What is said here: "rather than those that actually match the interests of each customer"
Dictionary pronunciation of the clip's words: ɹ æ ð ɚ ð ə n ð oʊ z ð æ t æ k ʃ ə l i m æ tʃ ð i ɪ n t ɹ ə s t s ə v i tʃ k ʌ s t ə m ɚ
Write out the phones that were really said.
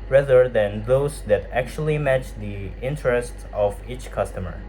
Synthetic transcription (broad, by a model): ɹ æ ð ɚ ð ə n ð oʊ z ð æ t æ k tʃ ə l i m æ tʃ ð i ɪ n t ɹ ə s t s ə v i tʃ k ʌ s t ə m ɚ